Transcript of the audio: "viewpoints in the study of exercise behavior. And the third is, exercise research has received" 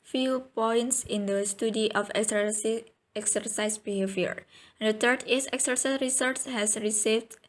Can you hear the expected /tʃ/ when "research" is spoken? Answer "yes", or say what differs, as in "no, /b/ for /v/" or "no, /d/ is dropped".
no, /s/ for /tʃ/